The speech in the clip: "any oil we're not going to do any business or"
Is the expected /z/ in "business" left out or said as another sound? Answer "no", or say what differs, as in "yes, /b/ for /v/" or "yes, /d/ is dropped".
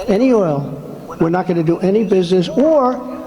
no